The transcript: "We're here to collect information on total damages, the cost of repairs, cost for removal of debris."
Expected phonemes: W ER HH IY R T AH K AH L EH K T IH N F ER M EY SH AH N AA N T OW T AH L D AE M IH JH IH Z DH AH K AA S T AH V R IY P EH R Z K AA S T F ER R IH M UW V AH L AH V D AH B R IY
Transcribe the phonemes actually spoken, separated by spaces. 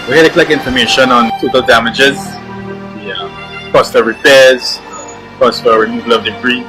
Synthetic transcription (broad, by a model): W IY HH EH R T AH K L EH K IH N F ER M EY SH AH N AA N T OW T AH L D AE M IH JH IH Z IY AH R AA S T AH R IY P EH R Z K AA S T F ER R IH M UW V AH L AH V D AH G R IY